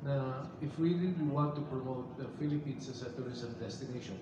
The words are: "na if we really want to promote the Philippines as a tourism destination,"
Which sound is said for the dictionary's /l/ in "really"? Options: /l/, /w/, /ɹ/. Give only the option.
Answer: /w/